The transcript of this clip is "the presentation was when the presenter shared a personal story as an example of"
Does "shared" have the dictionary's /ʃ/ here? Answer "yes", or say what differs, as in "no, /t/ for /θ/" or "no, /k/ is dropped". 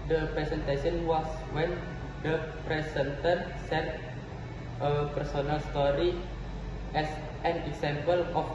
no, /s/ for /ʃ/